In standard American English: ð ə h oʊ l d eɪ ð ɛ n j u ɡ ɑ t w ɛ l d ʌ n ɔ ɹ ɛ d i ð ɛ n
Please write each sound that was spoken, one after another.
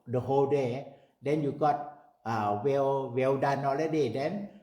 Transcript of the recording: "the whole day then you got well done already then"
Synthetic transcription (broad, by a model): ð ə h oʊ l d eɪ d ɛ n j u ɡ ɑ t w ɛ w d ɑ n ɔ l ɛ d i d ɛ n